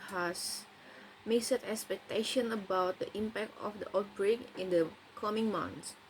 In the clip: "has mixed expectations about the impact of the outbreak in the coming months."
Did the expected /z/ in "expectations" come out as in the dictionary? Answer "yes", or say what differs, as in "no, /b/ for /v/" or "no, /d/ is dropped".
no, /z/ is dropped